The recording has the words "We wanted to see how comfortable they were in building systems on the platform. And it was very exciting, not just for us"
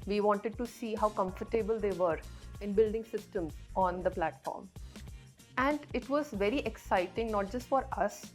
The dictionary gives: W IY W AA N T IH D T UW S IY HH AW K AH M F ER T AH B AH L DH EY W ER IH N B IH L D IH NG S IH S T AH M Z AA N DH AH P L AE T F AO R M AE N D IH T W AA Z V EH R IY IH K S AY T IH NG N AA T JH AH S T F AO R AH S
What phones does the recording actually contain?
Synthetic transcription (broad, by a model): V IY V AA N T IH D T UW S IY HH AW K AH M F ER T AH B AH L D EY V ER IH N B IH L D IH NG S IH S T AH M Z AA N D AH P L AE T F AO R M AE N D IH T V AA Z V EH R IY IH K S AY T IH NG N AA T JH AH S T F AO R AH S